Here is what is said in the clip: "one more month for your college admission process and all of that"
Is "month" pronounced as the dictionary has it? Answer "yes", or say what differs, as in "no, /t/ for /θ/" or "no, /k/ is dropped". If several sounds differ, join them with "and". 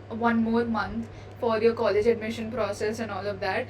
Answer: no, /t/ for /θ/